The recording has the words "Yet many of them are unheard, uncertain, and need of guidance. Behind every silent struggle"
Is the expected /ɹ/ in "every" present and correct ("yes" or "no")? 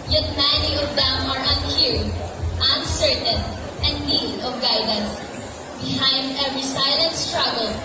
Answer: yes